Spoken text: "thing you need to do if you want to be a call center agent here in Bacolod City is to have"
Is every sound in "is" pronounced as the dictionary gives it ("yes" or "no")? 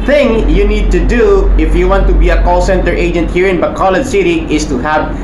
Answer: no